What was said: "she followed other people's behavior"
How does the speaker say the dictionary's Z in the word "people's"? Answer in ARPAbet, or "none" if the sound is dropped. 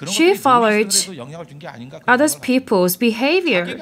Z